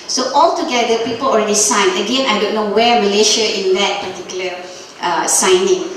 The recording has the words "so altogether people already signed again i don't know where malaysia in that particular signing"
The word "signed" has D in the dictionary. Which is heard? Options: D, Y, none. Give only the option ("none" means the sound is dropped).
none